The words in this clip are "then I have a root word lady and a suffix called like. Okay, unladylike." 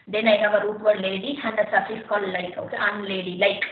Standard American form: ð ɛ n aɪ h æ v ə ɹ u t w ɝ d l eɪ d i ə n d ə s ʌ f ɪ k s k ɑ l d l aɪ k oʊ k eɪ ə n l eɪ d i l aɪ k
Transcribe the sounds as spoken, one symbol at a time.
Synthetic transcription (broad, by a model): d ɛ n aɪ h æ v ə ɹ u t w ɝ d l eɪ d i ə n d ə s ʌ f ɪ s k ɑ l l aɪ k oʊ k eɪ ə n l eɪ d i l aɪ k